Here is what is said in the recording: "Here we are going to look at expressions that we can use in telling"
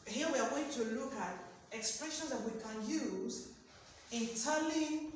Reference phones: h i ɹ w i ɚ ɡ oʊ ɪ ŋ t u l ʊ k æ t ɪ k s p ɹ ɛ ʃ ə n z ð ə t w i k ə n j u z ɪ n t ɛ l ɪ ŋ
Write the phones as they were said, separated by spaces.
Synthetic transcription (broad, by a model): h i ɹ w i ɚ ɡ oʊ ɪ ŋ t u l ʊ k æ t ɪ k s p ɹ ɛ ʃ ə n z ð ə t w i k ə n j u z ɪ n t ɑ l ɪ